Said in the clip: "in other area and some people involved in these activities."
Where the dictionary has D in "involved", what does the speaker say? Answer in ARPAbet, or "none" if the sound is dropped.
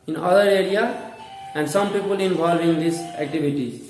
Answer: none